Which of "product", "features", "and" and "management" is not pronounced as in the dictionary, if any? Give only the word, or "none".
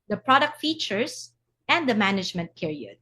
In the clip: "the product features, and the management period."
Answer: features